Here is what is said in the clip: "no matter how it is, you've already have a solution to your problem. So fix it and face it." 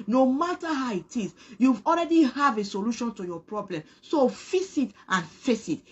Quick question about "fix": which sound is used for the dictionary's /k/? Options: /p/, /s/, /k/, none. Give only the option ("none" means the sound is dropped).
none